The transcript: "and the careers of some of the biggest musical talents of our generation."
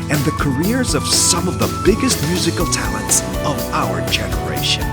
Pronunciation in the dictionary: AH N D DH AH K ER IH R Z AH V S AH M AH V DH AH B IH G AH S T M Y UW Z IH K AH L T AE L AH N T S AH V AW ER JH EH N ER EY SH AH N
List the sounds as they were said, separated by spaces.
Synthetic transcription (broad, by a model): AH N DH AH K ER IH R Z AH V S AH M AH V DH AH B IH G AH S T M Y UW Z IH K L T AE L AH N T S AH V AW ER JH EH N ER EY SH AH N